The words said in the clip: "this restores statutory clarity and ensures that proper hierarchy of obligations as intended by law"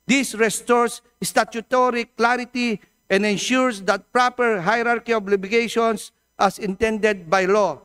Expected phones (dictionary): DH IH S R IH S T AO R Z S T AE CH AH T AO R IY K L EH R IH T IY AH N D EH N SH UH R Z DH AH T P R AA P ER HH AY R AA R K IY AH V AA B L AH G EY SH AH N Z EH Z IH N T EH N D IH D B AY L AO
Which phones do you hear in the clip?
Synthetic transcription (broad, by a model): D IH S R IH S T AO R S S T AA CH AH T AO R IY K L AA R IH T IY AH N D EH N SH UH R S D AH T P R AA P ER HH AY R AA R K IY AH B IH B AH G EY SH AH N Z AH S IH N T EH N D IH D B AY L AO